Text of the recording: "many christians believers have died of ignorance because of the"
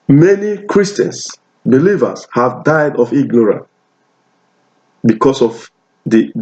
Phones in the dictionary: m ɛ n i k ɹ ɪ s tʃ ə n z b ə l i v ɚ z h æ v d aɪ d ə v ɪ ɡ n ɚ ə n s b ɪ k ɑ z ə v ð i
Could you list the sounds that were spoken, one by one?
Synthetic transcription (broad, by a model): m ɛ n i k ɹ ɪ s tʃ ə n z b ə l i v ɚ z h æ v d aɪ d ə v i ɡ n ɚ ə n b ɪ k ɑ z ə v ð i